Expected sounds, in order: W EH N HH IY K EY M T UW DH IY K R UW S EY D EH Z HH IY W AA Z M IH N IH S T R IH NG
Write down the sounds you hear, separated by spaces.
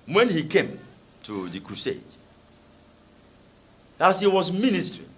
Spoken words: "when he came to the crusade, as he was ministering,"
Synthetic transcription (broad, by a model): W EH N HH IY K EY M T UW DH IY K R UW S EY D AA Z HH IY W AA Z M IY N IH S T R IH